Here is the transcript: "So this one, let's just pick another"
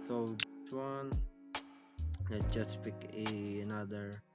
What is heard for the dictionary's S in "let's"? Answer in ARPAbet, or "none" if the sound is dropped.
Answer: none